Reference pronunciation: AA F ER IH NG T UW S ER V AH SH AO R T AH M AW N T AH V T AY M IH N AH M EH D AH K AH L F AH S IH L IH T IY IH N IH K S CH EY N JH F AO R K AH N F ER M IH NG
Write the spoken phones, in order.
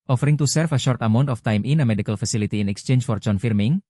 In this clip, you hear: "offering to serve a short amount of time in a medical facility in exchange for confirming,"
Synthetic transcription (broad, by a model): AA F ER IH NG T UW S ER F AH SH AO R T AH M AW N T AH F T AY M IH N AH M EH D AH K AH L F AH S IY L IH T IY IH N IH K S CH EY N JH F AO R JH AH N F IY M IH NG